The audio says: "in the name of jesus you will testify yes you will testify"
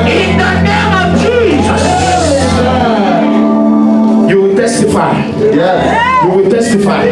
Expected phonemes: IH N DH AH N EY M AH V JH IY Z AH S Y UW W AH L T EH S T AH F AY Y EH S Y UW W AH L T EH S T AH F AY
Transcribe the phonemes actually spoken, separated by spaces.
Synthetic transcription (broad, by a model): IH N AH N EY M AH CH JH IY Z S Y UW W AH T EH S T AH F AY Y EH Y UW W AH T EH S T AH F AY